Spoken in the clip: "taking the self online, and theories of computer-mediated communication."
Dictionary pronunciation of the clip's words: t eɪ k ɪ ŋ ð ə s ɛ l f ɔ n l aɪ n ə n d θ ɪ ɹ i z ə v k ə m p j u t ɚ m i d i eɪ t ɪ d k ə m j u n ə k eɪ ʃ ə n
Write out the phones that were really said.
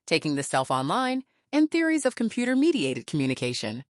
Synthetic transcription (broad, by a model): t eɪ k ɪ ŋ ð ə s ɛ l f ɔ n l aɪ n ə n θ ɪ ɹ i z ə v k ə m p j u t ɚ m i d i eɪ t ɪ d k m j u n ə k eɪ ʃ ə n